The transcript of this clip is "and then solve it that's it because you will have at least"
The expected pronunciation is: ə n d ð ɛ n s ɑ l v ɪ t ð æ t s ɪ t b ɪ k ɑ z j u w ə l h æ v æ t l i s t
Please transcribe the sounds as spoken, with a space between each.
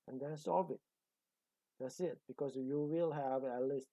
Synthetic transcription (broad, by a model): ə n d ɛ n s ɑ v ɪ t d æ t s ɪ t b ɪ k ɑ s j u w ə l h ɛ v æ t l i s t